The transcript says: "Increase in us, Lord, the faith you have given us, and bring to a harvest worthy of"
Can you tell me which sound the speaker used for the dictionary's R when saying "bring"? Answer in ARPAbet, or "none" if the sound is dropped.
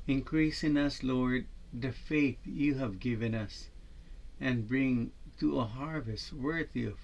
R